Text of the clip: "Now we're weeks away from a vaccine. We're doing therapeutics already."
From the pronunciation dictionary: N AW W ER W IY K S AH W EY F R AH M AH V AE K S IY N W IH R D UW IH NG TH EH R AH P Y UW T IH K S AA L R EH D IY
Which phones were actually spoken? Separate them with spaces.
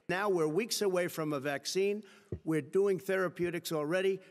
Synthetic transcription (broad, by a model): N AW W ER W IY K S AH W EY F R AH M AH V AE K S IY N W IH R D UW IH NG TH EH R AH P Y UW T IH K S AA L R EH D IY